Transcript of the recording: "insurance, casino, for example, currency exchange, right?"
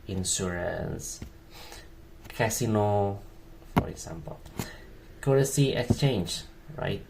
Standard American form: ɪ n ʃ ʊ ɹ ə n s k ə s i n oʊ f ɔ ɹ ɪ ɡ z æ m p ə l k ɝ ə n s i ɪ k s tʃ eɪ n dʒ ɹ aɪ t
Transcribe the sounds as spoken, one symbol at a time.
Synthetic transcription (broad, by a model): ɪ n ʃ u ɹ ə n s k ə s i n oʊ f ɔ ɹ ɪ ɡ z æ m p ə l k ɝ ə s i ɪ k s tʃ eɪ n dʒ ɹ aɪ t